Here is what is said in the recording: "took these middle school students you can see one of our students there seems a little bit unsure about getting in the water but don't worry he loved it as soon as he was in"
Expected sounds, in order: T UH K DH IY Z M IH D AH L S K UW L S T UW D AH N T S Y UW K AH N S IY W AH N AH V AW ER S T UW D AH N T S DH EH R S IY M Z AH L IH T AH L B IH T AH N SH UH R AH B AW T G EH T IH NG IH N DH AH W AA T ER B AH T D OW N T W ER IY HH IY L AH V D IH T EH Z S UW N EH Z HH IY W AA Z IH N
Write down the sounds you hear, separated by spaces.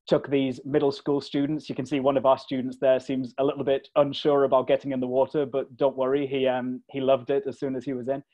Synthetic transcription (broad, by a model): T UH K DH IY Z M IH D L S K UW L S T UW D N T S Y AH K AH N S IY W AH N AH V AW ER S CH UW D N T S DH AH R S IY M Z AH L IH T L B IH T AH N SH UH R AH B AW T G EH T IH NG IH N DH AH W AA T ER B AH T D OW N T W ER IY HH IY L AH V D IH T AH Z S UW N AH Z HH IY W AA Z IH N